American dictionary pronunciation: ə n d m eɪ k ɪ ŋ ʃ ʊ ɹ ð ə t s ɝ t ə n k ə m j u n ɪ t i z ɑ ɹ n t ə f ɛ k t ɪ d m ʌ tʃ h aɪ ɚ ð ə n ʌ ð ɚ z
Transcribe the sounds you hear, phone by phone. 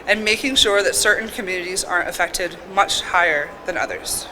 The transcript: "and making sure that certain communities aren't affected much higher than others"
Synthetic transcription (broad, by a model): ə n m eɪ k ɪ ŋ ʃ ʊ ɹ ð ə t s ɝ t n k ə m j u n ɪ t i z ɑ ɹ t ə f ɛ k t ɪ d m ʌ tʃ h aɪ ɚ ð ə n ʌ ð ɚ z